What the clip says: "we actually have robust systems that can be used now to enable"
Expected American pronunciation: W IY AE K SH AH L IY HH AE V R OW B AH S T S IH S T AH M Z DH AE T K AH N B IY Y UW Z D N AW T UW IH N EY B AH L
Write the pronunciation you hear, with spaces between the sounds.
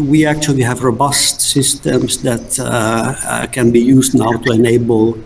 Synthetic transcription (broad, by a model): W IY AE K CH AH L IY HH AE V R OW B AH S T S IH S T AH M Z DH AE T K AH N B IY Y UW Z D N AW T UW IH N EY B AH L